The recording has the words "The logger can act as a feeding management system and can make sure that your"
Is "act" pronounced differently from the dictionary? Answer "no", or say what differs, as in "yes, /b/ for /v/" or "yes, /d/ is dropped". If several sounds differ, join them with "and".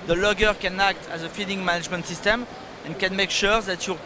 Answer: no